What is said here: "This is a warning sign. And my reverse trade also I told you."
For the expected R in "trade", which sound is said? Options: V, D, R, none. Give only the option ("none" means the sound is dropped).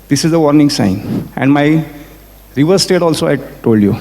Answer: none